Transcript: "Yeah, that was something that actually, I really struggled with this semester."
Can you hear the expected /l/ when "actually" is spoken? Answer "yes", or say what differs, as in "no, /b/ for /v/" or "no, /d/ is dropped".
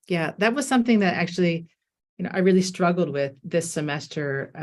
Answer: no, /n/ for /l/